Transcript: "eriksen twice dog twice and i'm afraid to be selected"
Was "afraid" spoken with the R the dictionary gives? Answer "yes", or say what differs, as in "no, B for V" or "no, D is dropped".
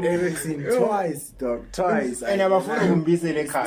no, R is dropped